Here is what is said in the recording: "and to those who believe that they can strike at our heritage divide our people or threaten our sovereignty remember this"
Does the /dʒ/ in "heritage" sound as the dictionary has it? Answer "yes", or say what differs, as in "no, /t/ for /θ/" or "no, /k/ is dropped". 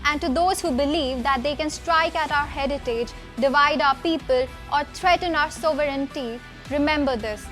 yes